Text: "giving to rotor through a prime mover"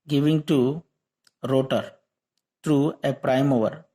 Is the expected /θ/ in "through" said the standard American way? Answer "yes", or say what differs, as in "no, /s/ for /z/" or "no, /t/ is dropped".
no, /t/ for /θ/